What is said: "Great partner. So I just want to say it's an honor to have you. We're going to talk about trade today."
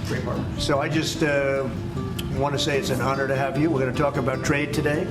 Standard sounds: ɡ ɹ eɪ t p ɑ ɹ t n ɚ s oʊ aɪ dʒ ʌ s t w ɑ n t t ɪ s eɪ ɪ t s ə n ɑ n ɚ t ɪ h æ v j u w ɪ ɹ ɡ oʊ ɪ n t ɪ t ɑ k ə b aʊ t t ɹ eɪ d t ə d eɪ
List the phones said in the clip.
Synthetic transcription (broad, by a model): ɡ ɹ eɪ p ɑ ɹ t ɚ s oʊ aɪ dʒ ʌ s t w ɑ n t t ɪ s eɪ ɪ t s ə n ɑ n ɚ t ɪ h æ v j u w ɪ ɹ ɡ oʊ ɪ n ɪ t ɑ k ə b aʊ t t ɹ eɪ d t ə d eɪ